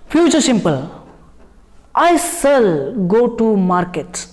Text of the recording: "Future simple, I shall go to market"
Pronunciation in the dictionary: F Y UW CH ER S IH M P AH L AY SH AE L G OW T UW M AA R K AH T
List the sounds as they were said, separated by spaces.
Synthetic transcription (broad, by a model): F Y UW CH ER S IH M P AH L AY S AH L G OW T UW M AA R K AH T